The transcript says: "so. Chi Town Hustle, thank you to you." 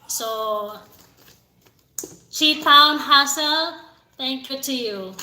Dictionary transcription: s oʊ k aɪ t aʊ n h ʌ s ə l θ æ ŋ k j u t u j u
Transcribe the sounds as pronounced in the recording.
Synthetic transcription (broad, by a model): s oʊ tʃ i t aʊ n h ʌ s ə l t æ ŋ k j u t u j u